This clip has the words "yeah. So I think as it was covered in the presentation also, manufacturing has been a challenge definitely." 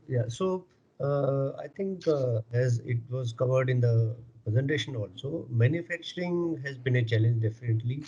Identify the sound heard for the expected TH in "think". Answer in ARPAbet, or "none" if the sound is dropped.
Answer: T